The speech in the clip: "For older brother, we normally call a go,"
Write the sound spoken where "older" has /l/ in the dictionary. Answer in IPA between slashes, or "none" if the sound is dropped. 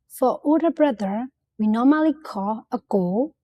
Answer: none